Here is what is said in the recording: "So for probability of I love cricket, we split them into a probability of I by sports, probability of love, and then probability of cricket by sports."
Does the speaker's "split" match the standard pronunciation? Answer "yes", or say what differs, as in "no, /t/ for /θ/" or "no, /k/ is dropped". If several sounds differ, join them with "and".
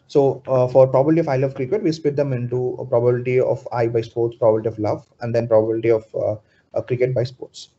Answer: no, /l/ is dropped